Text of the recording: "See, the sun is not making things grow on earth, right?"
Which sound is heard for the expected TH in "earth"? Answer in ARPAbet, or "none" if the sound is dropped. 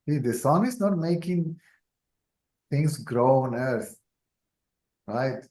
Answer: S